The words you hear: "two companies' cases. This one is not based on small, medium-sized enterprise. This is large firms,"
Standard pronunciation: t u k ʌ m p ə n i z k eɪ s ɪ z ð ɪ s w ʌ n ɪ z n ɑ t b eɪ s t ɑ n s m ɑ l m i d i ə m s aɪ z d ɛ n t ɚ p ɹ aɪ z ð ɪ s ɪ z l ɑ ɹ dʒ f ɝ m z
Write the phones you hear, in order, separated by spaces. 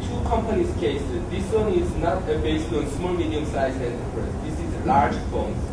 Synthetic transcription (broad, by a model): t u k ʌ m p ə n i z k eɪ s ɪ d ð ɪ s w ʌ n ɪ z n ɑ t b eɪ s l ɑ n s m ɑ l m i d i ə m s aɪ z ɛ n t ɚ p ɹ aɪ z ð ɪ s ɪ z l ɑ ɹ dʒ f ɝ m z